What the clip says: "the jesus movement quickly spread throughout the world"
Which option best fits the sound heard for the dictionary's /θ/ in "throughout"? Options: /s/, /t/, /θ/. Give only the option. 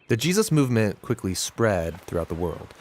/θ/